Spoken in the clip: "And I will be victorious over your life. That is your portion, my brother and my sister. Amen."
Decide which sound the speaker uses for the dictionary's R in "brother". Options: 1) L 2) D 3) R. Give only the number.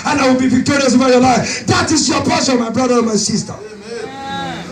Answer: 3